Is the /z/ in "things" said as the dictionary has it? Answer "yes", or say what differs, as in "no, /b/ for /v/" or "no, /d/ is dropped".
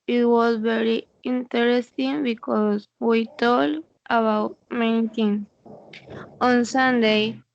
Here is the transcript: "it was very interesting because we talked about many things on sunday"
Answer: no, /z/ is dropped